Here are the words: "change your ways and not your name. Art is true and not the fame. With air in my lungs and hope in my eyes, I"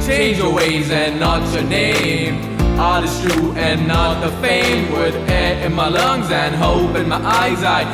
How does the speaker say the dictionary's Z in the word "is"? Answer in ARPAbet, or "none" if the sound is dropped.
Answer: S